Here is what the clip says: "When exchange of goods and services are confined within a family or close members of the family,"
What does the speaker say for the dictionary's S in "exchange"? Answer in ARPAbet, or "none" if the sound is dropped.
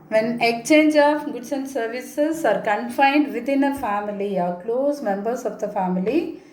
none